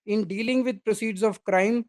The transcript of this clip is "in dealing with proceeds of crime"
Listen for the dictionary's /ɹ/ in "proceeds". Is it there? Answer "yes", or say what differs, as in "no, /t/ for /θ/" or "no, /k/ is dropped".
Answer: yes